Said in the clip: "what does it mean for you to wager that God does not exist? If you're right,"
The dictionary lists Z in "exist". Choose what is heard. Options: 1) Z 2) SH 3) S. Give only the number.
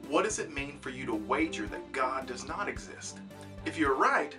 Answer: 1